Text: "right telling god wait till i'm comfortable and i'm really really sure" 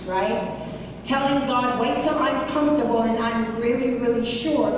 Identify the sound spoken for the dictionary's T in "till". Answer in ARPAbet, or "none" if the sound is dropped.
S